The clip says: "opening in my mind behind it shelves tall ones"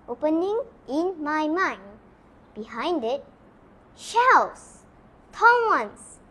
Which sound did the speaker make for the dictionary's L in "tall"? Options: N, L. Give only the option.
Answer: N